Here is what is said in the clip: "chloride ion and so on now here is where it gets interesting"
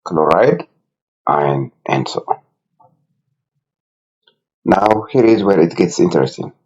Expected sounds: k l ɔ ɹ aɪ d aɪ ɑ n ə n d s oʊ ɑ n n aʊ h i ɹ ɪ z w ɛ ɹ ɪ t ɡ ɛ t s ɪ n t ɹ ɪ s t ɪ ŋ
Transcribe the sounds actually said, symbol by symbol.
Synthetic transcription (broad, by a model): k l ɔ ɹ aɪ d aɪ n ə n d s oʊ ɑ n n aʊ h i ɹ ɪ z w ɛ ɹ ɪ t ɡ ɛ t s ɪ n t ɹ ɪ s t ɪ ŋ